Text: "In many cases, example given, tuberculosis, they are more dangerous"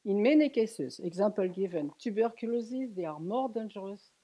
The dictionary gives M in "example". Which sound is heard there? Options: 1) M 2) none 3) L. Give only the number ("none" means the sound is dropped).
2